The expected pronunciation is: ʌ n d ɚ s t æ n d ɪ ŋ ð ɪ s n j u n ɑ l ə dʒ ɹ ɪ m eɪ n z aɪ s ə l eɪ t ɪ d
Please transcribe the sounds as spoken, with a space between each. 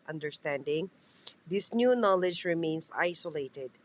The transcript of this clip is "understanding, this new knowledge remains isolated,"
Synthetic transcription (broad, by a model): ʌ n d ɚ s t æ n d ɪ ŋ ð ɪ s n j u n ɑ l ə dʒ ɹ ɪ m eɪ n s aɪ s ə l eɪ t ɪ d